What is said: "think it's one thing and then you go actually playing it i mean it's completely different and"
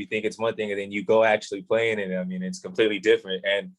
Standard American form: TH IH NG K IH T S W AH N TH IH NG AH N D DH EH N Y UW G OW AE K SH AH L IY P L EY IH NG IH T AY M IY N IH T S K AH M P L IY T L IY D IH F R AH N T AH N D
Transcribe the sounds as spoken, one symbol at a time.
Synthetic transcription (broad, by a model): TH IH NG K IH T S W AH N TH IH NG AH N DH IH N Y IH G OW AE K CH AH L IY P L EY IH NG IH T AY M IY N IH T S K AH M P L IY T L IY D IH F R AH N T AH N